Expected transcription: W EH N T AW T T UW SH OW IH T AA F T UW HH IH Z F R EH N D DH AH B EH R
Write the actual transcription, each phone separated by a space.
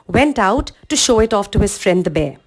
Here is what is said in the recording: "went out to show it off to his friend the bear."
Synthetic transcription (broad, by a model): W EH N T AW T T UW SH OW IH T AA F T UW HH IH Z F R EH N D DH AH B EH